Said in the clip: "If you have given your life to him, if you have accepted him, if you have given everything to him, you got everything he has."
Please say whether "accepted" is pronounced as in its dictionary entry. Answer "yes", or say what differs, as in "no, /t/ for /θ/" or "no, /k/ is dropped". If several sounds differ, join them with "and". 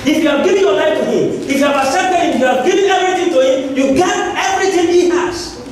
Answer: no, /k/ is dropped and /d/ is dropped